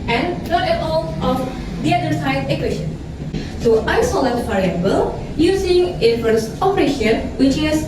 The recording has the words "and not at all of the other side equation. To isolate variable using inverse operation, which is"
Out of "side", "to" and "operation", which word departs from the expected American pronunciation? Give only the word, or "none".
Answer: to